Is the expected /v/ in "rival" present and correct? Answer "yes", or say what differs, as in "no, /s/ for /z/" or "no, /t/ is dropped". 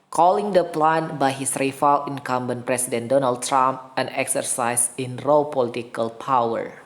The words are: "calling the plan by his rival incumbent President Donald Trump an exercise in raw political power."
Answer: no, /f/ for /v/